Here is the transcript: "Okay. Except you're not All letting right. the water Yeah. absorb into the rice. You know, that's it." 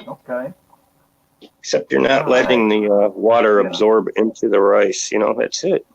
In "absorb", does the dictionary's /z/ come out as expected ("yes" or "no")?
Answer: yes